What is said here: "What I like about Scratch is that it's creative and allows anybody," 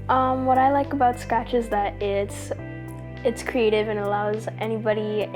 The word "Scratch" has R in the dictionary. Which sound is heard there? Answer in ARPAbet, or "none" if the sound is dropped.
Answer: none